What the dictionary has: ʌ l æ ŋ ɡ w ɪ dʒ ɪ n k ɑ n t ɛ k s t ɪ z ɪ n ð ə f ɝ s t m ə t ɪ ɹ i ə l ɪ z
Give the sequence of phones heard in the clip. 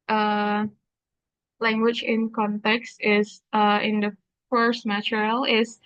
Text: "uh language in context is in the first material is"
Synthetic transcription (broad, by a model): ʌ l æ ŋ ɡ w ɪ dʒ ɪ n k ɑ n t ɛ k s t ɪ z ɪ n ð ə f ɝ s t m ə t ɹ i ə l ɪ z